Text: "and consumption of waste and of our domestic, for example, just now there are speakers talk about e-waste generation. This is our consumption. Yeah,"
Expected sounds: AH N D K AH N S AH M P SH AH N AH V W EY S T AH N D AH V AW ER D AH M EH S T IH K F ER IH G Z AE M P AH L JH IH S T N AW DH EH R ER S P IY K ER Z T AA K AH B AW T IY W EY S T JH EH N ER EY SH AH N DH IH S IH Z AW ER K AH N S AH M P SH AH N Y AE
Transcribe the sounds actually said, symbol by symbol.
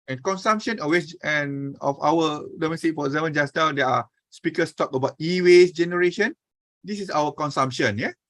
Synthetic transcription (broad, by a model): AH N K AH N S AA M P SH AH N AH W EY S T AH N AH F AW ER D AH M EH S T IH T F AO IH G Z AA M AH N JH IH S N AW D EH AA S P IY K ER S T AA K AH B AW T IY W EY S JH EH N ER EY SH AH N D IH S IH S AW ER K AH N S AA M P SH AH N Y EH